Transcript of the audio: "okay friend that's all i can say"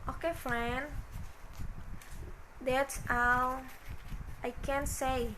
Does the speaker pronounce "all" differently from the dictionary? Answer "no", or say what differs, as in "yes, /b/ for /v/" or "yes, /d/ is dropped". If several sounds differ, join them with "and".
yes, /w/ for /l/